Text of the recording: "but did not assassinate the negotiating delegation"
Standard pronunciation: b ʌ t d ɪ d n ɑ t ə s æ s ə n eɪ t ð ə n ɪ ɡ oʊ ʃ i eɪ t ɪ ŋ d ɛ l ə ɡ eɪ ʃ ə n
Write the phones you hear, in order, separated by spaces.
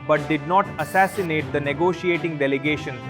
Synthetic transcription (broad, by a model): b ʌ t d ɪ d n ɑ t ə s æ s ə n eɪ t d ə n ɪ ɡ oʊ ʃ i eɪ t ɪ ŋ d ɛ l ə ɡ eɪ ʃ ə n